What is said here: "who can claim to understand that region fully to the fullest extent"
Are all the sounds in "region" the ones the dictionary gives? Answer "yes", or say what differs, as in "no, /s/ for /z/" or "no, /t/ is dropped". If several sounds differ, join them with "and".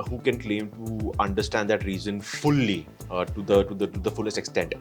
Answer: no, /z/ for /dʒ/